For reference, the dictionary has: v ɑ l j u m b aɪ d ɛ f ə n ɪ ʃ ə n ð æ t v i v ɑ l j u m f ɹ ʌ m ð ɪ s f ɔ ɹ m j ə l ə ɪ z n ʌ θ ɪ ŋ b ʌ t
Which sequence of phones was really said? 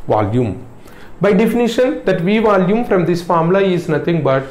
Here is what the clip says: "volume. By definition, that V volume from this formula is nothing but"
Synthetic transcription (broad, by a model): v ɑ l j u m b aɪ d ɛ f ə n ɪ ʃ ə n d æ t v i v ɑ l j u m f ɹ ʌ m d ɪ s f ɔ ɹ m l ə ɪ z n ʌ t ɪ ŋ b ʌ t